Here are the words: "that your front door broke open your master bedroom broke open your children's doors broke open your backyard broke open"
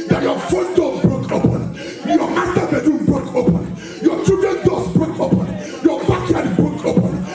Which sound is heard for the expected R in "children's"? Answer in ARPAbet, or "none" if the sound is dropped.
none